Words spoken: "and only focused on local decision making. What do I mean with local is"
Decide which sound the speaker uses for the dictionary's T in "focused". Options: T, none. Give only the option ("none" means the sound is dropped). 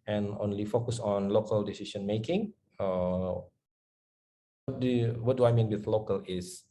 none